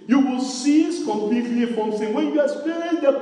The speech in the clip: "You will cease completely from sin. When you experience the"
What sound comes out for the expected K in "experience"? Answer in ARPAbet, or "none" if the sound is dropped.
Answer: none